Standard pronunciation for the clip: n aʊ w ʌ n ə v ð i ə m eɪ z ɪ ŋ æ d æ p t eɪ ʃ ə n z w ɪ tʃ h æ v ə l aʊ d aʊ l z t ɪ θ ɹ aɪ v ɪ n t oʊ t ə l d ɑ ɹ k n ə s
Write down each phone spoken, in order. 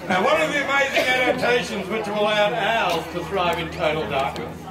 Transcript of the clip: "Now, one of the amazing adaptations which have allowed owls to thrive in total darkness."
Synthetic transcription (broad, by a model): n w ʌ n ə v ð i ə m eɪ z ɪ ŋ æ d æ p t eɪ ʃ ə n z w ɪ tʃ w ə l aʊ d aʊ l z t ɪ θ ɹ aɪ v ɪ n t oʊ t l d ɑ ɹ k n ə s